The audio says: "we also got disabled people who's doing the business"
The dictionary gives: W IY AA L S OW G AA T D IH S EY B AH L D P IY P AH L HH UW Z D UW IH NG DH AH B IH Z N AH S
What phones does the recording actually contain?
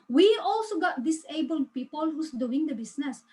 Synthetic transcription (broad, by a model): W IY AA L S OW G AA T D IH S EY B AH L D P IY P AH L HH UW S D UW IH NG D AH B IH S N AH S